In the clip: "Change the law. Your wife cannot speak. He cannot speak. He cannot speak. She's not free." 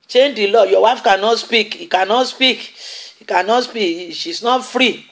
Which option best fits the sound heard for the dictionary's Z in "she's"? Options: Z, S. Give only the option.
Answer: S